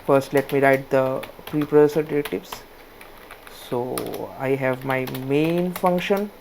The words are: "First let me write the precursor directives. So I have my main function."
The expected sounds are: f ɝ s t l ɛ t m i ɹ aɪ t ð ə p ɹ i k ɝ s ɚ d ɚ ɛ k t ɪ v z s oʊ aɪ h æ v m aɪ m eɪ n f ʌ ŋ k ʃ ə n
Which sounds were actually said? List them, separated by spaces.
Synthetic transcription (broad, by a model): f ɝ s t l ɛ t m i ɹ aɪ t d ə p ɹ i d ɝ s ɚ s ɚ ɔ t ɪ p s s oʊ aɪ h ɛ v m aɪ m eɪ n f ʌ ŋ k ʃ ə n